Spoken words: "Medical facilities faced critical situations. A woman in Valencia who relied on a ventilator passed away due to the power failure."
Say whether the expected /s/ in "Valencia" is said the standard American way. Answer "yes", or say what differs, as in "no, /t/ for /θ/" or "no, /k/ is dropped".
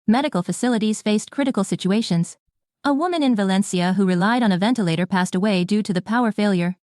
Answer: yes